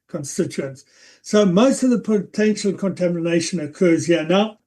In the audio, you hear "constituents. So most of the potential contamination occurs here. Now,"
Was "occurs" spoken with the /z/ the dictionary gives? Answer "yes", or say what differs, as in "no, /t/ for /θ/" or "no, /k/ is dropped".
yes